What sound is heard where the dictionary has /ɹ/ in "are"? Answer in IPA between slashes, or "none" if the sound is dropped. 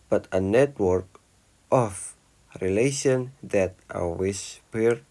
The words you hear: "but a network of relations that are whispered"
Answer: /l/